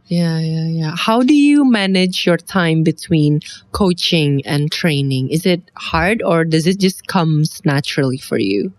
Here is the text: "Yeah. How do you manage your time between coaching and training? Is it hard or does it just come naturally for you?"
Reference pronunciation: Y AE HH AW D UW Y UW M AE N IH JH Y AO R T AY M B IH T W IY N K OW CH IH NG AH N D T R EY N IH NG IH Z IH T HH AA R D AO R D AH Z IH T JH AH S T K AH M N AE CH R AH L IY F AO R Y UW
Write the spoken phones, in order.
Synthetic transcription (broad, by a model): Y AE HH AW D UW Y UW M AE N IH JH Y AO R T AY M B IH T W IY N K OW CH IH NG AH N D T R EY N IH NG IH Z IH T HH AA R D AO R D AH Z IH T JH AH S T K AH M N AE CH R AH L IY F AO R Y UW